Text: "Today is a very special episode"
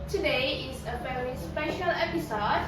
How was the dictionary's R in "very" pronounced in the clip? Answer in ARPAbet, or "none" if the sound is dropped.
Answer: L